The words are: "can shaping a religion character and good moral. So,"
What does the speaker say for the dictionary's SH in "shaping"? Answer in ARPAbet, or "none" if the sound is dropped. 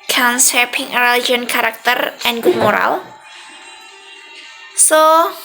S